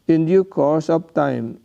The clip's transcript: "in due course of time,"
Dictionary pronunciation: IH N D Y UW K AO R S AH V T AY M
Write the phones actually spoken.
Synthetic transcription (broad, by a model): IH N D Y UW K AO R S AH P T AY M